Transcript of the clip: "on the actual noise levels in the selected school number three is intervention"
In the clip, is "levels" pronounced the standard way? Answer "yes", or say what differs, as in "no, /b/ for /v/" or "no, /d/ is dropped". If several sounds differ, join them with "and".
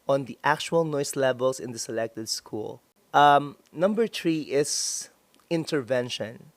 no, /s/ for /z/